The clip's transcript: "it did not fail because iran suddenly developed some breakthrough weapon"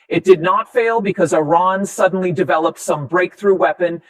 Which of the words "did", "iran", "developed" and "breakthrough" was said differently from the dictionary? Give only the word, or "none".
none